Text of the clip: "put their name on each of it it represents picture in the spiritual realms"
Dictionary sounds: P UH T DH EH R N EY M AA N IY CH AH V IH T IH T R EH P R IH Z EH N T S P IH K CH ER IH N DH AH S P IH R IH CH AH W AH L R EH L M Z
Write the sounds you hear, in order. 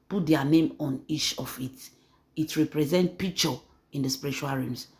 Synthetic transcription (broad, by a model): P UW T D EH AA N EY M AA N IY CH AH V IH T IH T R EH P R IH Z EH N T P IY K CH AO IH N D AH S P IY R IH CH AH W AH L R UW M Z